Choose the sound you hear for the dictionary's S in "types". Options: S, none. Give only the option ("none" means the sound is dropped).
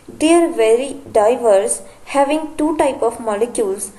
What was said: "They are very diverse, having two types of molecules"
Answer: none